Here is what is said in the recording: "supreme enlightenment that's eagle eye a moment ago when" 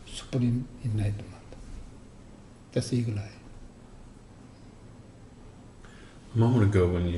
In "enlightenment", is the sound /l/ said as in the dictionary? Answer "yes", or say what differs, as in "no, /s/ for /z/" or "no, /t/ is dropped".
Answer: no, /l/ is dropped